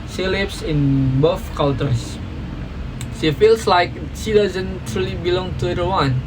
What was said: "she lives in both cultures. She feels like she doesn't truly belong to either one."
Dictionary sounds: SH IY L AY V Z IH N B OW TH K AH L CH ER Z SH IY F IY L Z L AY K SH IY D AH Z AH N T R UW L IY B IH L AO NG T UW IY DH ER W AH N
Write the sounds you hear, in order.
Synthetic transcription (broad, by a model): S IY L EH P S IH N B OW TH K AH L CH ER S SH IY F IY L S L AY K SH IY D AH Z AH N T R UW L IY B IH L AO NG T UW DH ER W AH N